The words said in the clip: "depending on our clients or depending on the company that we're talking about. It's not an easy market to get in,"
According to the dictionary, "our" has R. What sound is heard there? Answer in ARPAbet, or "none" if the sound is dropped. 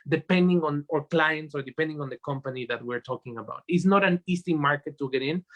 R